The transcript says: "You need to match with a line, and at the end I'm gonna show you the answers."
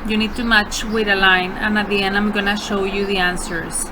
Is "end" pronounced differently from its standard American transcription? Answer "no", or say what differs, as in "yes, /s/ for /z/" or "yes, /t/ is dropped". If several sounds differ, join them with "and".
yes, /d/ is dropped